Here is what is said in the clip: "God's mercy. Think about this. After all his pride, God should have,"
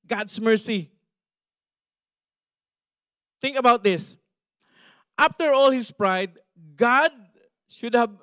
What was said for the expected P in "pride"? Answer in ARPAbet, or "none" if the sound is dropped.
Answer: P